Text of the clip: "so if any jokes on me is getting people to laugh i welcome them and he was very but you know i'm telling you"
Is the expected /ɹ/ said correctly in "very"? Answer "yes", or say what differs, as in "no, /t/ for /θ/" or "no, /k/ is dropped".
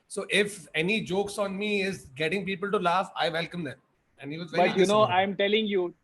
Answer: no, /ɹ/ is dropped